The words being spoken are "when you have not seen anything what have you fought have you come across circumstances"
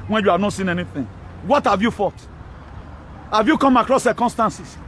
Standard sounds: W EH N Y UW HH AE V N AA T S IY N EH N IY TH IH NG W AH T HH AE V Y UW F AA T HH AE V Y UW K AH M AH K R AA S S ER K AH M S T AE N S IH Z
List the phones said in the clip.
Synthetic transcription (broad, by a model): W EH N Y UW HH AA V N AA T S IY N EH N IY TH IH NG W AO T HH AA V Y UW F AA T HH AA V Y UW K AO M AH K R AA S S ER K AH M S T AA N S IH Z